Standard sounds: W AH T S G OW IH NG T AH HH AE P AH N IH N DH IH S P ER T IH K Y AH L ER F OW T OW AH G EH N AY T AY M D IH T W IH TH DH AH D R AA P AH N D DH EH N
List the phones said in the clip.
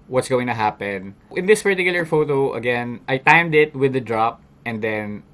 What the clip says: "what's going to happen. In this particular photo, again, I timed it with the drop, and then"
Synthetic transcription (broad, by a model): W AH T S G OW IH NG T AH HH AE P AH N IH N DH IH S P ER T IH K Y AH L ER F OW T OW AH G EH N AY T AY M D IH T W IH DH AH D R AA P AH N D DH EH N